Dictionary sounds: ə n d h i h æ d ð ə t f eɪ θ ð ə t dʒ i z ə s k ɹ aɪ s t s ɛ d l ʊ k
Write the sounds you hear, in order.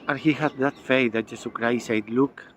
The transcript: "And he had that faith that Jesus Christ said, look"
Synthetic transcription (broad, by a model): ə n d h i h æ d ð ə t f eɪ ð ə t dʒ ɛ s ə k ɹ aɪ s s ɛ d l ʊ k